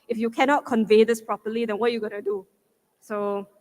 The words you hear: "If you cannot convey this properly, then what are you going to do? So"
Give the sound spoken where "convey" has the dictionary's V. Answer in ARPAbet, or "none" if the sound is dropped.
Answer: V